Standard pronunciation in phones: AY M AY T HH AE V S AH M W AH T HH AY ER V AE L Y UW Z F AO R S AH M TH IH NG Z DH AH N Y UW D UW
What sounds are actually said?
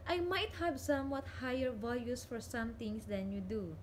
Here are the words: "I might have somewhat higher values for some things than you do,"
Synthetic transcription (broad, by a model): AY M AY T HH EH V S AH M W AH T HH AY ER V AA L Y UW S F AO R S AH M T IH NG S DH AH N Y UW D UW